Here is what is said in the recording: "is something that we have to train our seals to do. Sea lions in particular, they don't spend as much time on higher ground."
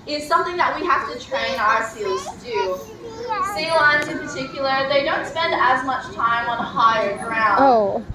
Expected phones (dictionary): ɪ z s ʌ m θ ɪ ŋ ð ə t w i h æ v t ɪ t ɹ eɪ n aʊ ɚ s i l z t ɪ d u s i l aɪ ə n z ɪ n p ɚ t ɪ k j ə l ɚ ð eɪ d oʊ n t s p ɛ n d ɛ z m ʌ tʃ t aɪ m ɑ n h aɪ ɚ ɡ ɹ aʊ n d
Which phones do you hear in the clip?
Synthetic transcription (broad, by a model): ɪ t s ʌ m θ ɪ ŋ ð ə t w i h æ f t ɪ t ɹ eɪ n aʊ ɚ s i l z t ɪ d u s i l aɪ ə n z ɪ n p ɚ t ɪ k j l ɚ ð eɪ d oʊ n t s p ɛ n d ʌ z m ʌ tʃ t aɪ m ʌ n h aɪ ɚ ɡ ɹ aʊ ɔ